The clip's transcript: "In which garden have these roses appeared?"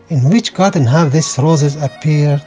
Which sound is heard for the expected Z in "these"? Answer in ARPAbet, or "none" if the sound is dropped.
S